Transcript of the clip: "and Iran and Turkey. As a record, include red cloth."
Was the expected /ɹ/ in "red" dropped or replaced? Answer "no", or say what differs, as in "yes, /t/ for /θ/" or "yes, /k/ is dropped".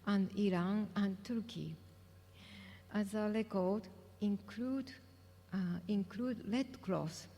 yes, /l/ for /ɹ/